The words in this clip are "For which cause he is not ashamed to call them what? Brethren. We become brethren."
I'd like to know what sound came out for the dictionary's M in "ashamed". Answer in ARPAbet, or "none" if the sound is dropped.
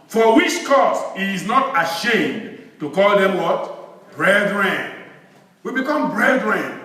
M